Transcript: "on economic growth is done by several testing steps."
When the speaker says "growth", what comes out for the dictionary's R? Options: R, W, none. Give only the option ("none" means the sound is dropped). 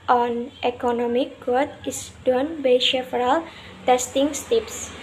none